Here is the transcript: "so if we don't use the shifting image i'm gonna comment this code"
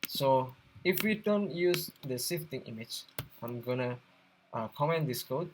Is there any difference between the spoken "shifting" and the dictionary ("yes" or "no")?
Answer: yes